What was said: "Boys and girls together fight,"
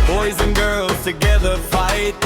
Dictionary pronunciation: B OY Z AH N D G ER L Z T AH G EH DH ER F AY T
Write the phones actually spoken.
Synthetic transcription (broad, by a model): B OY Z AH N G ER L Z T AH G EH DH ER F AY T